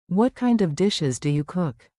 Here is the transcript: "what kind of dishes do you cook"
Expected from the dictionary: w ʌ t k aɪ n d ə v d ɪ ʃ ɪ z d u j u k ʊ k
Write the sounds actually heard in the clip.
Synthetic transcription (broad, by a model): w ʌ t k aɪ n d ə v d ɪ ʃ ɪ z d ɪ j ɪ k ʊ k